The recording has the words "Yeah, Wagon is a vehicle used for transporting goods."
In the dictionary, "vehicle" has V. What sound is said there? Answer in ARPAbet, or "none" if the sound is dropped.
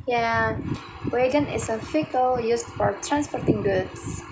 F